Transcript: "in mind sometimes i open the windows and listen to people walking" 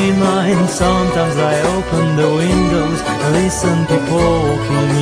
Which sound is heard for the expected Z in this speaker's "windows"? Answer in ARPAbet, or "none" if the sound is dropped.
none